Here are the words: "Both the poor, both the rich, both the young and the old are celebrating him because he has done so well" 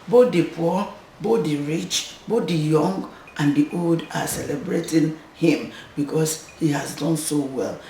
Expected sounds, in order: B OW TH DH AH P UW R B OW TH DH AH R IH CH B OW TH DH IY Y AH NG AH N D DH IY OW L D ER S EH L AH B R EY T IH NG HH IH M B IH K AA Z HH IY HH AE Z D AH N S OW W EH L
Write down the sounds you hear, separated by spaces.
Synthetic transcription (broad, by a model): B OW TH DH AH P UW B OW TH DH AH R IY CH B OW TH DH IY Y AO NG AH N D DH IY OW L D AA S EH L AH B R EY T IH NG HH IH M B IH K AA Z HH IY HH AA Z D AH N S OW W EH L